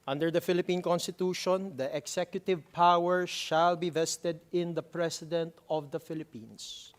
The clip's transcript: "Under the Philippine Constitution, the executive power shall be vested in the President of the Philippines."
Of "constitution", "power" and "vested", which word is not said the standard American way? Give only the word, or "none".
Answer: none